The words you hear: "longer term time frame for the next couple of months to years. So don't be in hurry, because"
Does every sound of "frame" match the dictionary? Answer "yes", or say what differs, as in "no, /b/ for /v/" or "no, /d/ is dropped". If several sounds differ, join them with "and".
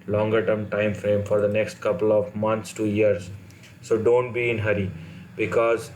yes